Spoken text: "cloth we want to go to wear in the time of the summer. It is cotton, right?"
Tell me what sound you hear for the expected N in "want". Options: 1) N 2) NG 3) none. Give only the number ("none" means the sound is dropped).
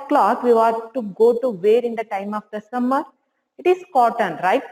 3